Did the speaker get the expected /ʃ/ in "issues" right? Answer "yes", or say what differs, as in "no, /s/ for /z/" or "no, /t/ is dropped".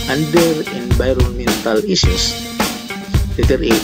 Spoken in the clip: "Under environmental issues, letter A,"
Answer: no, /s/ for /ʃ/